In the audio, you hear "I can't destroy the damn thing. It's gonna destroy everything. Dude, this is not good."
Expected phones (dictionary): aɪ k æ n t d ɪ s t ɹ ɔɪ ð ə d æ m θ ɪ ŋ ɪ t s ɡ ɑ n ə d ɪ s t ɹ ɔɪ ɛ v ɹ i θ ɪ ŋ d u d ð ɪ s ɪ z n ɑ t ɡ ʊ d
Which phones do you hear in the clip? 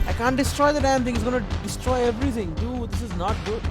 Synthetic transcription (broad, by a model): aɪ k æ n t d ɪ s t ɹ ɔɪ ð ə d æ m t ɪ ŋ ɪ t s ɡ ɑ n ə d ɪ s t ɹ ɔɪ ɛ v ɹ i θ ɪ ŋ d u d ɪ s ɪ z n ɑ t ɡ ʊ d